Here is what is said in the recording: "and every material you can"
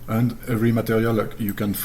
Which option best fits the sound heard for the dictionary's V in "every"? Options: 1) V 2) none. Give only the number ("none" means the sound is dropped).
2